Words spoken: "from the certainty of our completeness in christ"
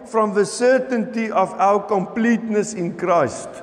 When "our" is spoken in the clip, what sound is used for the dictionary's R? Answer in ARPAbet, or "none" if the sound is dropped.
W